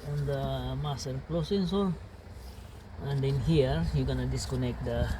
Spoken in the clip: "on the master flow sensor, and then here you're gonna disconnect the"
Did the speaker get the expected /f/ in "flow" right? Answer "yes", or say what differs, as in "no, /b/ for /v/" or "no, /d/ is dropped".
no, /p/ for /f/